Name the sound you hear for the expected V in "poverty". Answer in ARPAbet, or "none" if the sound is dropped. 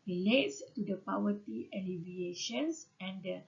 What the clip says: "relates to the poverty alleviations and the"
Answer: W